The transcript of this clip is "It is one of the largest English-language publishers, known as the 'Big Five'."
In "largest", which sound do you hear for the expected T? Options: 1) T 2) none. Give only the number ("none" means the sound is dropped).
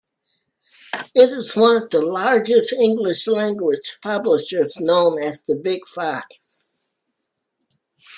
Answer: 1